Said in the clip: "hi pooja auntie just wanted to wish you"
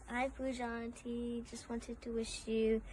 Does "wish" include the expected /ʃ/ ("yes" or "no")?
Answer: yes